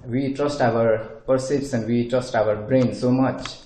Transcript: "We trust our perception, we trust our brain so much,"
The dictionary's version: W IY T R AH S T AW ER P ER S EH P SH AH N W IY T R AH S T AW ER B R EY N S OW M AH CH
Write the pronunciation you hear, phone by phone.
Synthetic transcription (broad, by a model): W IY T R AH S T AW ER P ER S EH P S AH N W IY T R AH S T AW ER B R EY N S OW M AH CH